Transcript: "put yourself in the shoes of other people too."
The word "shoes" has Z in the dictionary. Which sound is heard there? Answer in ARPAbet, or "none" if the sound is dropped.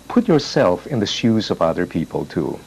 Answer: Z